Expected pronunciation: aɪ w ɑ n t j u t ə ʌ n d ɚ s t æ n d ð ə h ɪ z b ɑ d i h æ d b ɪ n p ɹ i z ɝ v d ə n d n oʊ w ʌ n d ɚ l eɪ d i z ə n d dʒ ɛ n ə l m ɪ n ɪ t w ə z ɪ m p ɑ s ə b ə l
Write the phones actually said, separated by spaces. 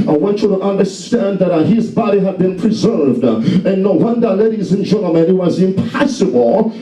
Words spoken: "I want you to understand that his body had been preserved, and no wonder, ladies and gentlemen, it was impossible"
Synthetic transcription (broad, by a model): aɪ w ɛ n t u t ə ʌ n d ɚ s t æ n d ð ə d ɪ z b ɑ d i h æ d b ɪ n p ɹ i z ɝ v d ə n n oʊ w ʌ n d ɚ l eɪ d i z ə n dʒ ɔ ə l m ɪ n ɪ t w ə z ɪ m p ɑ s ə b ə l